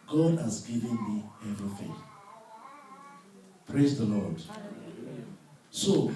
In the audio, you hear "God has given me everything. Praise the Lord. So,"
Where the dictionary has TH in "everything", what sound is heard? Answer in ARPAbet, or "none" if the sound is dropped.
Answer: F